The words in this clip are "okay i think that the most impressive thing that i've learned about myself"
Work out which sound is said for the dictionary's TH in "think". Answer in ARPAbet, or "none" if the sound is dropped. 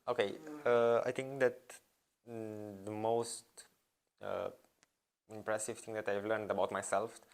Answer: T